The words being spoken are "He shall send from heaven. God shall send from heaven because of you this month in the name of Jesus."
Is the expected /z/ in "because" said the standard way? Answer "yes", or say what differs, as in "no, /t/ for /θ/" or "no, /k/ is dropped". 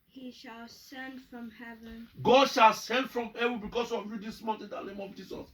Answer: no, /s/ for /z/